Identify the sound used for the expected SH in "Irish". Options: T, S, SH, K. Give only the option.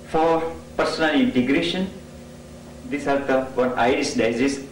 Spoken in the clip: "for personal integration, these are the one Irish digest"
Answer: S